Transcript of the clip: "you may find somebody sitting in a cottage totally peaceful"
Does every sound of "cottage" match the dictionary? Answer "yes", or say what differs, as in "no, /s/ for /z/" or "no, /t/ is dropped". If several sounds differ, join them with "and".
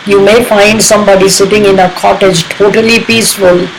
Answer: yes